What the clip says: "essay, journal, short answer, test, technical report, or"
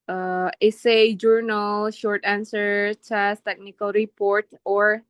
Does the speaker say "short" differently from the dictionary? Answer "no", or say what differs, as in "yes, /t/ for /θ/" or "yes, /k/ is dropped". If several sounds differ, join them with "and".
no